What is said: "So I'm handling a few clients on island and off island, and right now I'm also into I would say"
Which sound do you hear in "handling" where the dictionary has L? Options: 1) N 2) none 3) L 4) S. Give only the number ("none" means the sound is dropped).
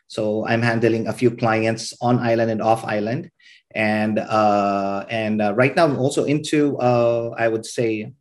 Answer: 3